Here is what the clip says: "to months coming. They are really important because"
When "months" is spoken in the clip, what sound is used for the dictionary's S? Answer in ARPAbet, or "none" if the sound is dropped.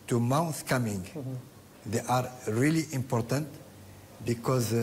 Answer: none